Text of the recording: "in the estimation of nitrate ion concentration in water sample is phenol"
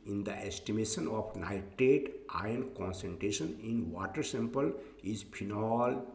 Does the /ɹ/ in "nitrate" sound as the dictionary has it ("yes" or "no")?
no